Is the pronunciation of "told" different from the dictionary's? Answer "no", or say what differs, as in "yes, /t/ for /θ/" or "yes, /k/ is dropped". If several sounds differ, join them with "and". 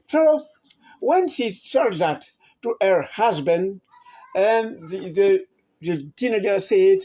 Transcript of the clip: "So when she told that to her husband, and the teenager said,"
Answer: yes, /s/ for /t/